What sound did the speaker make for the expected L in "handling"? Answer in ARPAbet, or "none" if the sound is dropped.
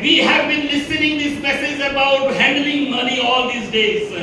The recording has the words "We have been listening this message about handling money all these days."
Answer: L